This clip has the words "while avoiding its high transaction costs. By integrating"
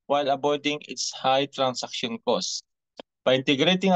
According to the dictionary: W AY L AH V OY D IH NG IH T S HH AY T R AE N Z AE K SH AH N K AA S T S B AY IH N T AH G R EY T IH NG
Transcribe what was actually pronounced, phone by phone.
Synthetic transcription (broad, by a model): W AY L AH B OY D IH NG IH T S HH AY T R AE N S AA K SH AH N K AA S S B AY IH N T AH G R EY T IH NG